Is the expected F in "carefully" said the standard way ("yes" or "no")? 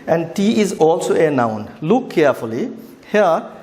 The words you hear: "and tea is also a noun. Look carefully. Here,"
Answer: yes